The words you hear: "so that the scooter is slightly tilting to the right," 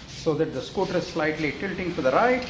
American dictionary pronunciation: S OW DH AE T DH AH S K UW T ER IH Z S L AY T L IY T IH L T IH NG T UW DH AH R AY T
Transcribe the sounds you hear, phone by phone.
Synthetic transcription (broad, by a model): S OW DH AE T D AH S K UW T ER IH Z S L AY T L IY T IH L T IH NG T UW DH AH R AY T